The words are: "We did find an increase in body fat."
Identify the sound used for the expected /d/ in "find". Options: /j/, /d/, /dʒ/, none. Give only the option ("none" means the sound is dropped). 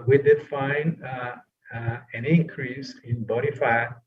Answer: none